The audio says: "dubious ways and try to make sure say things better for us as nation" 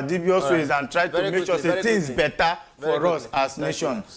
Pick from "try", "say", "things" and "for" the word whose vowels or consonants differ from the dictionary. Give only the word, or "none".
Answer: things